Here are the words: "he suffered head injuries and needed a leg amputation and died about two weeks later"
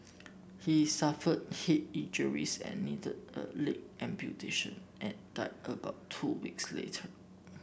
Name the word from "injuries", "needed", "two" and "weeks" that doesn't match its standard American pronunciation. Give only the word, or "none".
injuries